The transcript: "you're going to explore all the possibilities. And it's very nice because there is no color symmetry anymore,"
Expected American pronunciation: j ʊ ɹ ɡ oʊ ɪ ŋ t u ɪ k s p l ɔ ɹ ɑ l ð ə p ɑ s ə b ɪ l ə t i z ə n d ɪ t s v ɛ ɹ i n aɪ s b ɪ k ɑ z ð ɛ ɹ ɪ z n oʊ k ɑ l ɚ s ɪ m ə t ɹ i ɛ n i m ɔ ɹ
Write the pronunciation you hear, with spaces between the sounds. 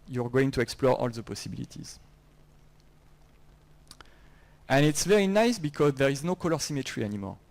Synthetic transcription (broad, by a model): j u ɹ ɡ oʊ ɪ ŋ t u ɪ k s p l ɔ ɹ ɑ l ð ə p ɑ s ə b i l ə t i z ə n ɪ t s v ɛ ɹ i n aɪ s b ɪ k ɑ z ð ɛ ɹ ɪ z n oʊ k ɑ l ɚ s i m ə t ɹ i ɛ n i m ɔ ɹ